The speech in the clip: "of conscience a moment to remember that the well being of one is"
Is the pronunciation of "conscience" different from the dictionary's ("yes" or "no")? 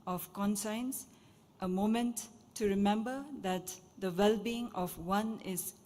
yes